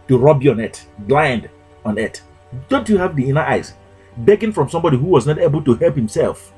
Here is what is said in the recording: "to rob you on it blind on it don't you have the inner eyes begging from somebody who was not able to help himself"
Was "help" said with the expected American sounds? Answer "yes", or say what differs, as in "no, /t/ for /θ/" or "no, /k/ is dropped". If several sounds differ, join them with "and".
yes